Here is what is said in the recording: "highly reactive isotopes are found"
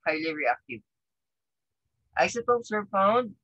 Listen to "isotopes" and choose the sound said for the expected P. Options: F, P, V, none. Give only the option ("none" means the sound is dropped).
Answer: none